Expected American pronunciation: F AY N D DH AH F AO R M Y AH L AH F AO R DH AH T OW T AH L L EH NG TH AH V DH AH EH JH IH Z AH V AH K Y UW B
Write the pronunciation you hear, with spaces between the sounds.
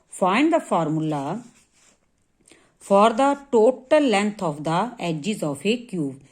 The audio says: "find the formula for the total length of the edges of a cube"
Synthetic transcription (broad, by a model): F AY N D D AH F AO R M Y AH L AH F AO R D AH T OW T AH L L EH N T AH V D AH EH JH IH Z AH F AH K Y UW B